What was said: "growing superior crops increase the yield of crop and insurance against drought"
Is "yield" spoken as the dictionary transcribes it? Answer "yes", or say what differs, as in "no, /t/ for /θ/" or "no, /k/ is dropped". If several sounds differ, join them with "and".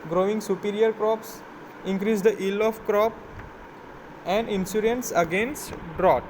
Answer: no, /d/ is dropped